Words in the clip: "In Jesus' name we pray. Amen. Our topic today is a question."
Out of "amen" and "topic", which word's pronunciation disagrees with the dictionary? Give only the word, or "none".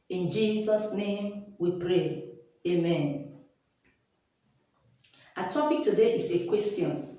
none